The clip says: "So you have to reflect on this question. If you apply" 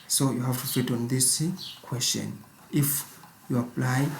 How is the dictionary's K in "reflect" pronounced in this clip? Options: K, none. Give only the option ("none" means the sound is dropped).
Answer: none